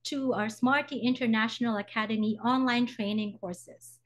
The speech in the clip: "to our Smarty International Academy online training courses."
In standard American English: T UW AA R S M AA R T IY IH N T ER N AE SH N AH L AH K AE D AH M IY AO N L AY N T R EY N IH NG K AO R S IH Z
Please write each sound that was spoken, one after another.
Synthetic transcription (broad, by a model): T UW AA R S M AA R T IY IH N T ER N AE SH N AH L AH K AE D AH M IY AO N L AY N T R EY N IH NG K AO R S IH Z